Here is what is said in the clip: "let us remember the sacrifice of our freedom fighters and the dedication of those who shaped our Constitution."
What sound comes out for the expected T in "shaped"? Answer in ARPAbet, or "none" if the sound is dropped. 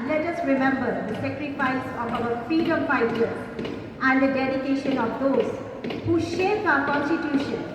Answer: none